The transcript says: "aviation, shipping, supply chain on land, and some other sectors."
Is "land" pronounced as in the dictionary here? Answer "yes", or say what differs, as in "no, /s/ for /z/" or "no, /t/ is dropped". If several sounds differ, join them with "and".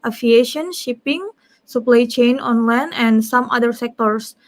no, /d/ is dropped